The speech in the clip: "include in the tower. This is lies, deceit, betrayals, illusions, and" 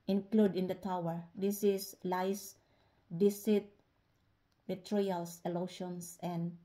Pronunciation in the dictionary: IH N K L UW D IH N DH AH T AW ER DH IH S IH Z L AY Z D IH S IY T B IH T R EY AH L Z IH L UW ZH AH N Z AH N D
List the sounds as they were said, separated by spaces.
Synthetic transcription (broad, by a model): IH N K L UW D IH N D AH T AW ER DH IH S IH S L AY S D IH S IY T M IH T R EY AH L S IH L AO SH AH N S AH N D